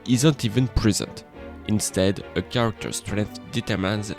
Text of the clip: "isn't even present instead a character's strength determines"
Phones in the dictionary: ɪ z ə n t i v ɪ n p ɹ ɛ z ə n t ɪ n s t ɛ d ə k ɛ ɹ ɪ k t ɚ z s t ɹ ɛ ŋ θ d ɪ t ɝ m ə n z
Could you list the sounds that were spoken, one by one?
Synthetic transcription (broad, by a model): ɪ z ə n t i v ɪ n p ɹ ɛ z ə n t ɪ n s t ɛ d ə k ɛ ɹ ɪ k t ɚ s t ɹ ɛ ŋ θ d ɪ t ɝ m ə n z